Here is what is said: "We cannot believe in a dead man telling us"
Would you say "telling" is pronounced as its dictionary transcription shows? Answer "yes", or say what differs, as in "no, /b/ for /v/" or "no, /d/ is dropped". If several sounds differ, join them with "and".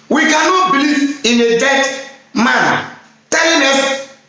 no, /n/ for /l/